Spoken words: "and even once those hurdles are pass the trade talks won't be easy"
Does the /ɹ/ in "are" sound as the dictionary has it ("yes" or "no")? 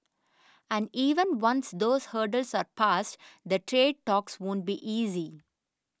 yes